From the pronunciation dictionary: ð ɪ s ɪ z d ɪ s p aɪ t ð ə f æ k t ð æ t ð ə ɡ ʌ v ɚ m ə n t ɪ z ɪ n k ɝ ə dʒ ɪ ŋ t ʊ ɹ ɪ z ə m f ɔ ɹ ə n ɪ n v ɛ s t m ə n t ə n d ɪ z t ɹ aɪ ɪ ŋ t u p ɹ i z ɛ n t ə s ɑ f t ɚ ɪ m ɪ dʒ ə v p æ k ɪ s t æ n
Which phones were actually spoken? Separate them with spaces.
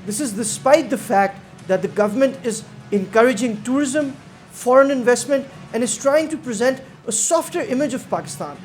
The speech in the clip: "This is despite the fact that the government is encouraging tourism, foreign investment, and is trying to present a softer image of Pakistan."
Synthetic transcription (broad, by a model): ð ɪ s ɪ z d ɪ s p aɪ t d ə f æ k t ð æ t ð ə ɡ ʌ v ɚ m ə n t ɪ z ɪ n k ɝ ə dʒ ɪ ŋ t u ɹ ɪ z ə m f ɔ ɹ ə n ɪ n v ɛ s t m ə n t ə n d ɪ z t ɹ aɪ ɪ ŋ t u p ɹ i z ɛ n t ə s ɑ f t ɚ ɪ m ɪ dʒ ə v p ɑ k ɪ s t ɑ n